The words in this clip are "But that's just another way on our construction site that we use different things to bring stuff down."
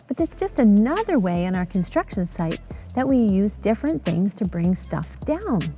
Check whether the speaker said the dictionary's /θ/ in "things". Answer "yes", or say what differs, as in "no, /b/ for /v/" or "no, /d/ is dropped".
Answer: yes